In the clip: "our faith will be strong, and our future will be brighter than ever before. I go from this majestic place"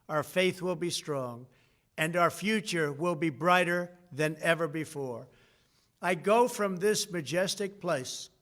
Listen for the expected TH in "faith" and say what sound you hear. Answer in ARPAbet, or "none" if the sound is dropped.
TH